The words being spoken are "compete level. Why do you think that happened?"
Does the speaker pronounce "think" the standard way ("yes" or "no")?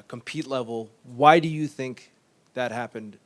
yes